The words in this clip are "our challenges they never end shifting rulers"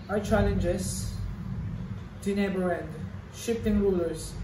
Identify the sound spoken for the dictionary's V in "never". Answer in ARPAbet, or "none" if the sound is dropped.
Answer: B